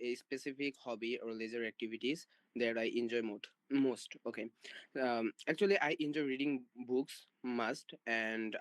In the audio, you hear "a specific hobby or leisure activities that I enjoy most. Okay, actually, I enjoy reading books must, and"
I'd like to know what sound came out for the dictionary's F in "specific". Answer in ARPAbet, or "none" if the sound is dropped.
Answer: P